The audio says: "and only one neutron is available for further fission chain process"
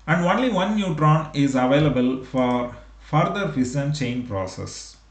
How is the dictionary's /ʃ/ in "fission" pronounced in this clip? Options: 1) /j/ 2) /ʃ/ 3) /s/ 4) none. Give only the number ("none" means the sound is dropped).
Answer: 3